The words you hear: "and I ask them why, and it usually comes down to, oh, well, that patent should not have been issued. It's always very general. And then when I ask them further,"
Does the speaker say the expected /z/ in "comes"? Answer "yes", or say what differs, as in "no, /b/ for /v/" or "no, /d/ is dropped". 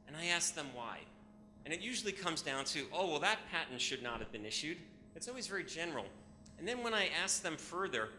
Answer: yes